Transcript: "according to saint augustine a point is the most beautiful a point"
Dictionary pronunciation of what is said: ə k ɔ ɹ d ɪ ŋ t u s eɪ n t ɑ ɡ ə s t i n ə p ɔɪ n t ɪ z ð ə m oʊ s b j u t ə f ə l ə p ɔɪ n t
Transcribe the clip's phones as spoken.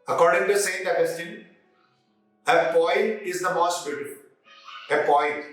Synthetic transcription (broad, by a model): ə k ɔ ɹ d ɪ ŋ t u s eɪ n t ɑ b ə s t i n ə p ɔɪ n t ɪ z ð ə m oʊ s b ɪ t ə p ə ə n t